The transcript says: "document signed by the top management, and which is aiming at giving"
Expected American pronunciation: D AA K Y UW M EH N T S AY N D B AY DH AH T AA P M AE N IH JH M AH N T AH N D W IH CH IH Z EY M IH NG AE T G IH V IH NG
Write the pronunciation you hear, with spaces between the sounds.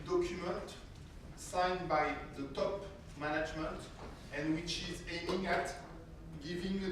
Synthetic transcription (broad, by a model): D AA K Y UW M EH N T S AY N B AY DH AH T AA P M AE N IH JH M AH N T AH N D W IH CH IH Z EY IH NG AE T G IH V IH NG